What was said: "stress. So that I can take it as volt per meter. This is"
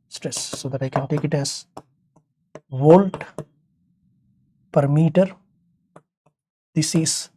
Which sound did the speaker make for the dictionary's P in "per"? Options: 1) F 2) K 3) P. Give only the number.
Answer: 3